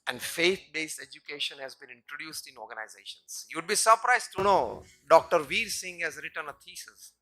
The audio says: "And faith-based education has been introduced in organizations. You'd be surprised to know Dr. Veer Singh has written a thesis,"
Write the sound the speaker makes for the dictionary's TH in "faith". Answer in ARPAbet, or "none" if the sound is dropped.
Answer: T